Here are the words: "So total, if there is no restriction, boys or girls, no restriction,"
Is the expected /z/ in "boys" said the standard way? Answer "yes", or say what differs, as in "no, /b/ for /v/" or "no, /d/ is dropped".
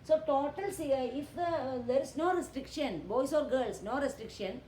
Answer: no, /s/ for /z/